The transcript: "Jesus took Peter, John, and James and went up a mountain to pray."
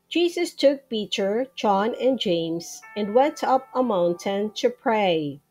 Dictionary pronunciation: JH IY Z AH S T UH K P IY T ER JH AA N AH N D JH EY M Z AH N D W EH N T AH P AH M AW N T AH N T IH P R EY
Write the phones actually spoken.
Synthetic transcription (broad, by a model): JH IY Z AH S T UH K B IY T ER JH AA N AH N JH EY M Z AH N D W EH N T AH P AH M AW N T AH N T IH P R EY